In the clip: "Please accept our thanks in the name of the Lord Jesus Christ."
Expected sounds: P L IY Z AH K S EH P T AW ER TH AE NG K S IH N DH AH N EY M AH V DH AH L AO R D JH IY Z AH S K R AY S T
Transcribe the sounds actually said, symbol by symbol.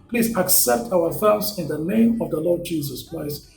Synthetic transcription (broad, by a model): P L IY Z AH K S EH P T AW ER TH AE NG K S IH N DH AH N EY M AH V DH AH L AO D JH IY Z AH S K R AY S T